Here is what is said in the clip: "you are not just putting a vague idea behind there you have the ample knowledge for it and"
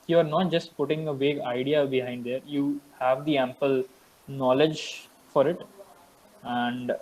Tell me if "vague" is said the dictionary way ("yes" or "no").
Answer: yes